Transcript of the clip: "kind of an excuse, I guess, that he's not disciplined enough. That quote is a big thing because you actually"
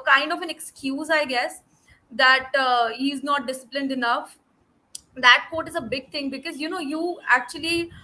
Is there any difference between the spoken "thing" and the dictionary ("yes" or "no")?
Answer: yes